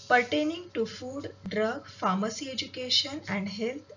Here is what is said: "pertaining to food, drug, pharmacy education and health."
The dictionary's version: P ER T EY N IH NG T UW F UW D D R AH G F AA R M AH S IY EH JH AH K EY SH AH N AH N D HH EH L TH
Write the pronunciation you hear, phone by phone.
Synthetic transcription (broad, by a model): P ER T EY N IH NG T UW F UW D D R AH G F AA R M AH S IY EH JH AH K EY SH AH N AH N D HH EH L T